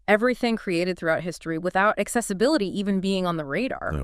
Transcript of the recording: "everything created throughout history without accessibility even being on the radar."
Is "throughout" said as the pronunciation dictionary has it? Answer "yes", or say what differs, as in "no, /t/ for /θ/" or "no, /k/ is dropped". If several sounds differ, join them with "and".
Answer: yes